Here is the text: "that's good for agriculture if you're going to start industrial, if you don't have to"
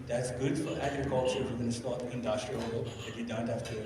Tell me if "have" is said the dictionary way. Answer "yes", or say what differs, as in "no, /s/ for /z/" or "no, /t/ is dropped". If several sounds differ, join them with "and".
no, /f/ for /v/